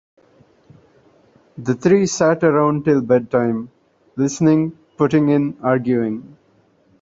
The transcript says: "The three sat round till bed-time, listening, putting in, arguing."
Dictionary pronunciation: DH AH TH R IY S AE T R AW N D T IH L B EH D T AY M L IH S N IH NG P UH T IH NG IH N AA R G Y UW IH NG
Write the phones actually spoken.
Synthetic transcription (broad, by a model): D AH T R IY S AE T R AW N D T IH L B EH D T AY M L IH S N IH NG P UH T IH NG IH N AA R G Y UW IH NG